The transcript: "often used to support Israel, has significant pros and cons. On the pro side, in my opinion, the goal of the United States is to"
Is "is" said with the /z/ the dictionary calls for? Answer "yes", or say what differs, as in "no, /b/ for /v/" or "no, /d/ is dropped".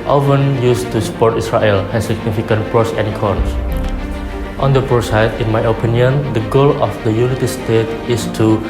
no, /s/ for /z/